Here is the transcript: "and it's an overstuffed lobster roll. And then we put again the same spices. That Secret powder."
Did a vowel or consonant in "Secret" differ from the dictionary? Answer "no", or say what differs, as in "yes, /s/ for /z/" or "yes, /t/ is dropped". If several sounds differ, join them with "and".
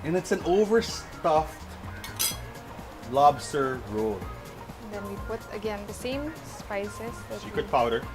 yes, /ɹ/ is dropped